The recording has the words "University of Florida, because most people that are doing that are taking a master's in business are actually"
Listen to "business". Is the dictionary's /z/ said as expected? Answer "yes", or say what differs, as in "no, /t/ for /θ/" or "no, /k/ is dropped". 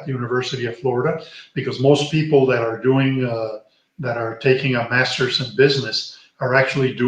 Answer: yes